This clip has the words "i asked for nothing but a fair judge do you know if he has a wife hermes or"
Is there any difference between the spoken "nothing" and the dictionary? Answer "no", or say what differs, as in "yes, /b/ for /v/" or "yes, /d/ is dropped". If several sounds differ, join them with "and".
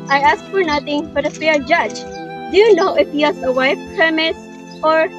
yes, /t/ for /θ/